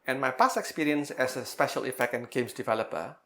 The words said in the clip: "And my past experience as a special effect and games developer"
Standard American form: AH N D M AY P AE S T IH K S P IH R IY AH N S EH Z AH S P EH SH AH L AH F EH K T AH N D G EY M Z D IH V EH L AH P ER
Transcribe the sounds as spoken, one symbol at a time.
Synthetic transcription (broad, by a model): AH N M AY P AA S IH K S P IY R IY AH N S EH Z AH S P EH SH AH L AH F EH K T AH N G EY M S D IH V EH L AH P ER